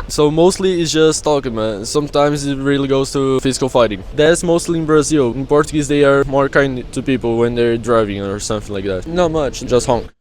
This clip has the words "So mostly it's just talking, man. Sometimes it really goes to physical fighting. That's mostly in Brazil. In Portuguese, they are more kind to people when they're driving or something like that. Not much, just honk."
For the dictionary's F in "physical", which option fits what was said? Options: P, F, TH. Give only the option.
F